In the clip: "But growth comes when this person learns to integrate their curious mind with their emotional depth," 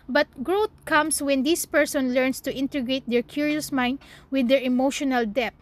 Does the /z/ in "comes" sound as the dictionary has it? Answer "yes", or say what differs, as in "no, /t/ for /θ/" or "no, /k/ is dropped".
no, /s/ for /z/